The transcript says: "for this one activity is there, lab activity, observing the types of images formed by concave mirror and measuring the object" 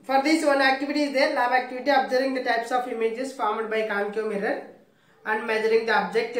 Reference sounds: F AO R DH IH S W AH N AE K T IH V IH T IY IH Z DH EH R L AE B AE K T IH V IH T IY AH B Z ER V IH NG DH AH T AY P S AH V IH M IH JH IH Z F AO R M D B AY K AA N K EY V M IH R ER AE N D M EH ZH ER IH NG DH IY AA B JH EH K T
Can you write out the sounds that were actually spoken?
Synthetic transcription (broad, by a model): F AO R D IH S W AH N AE K T IH V IH T IY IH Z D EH R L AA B AE K T IH V IH T IY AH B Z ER IH NG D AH T AY P S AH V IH M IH JH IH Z F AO R M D B AY K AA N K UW M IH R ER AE N D M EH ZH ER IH NG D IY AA B JH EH K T